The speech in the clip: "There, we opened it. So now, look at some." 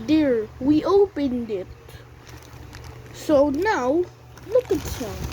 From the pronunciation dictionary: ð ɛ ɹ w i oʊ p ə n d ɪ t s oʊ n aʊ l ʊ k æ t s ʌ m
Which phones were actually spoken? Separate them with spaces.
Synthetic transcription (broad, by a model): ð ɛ ɹ w i oʊ p ə n d ɪ t s oʊ n aʊ l ʊ k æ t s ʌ